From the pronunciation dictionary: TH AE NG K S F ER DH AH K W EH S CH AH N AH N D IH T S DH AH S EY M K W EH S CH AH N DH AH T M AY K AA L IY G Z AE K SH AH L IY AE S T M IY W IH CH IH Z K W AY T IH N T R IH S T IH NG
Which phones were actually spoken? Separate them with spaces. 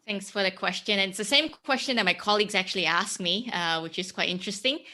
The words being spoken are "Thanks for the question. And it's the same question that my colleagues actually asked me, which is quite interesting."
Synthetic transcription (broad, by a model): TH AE NG K S F ER DH AH K W EH S CH AH N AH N IH T S DH AH S EY M K W EH S CH AH N DH AH T M AY K AA L IY G Z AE K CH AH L IY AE S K M IY W IH CH IH Z K W AY T IH N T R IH S T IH NG